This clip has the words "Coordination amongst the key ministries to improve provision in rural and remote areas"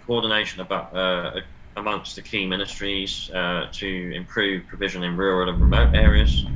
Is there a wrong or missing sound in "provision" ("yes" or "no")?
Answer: no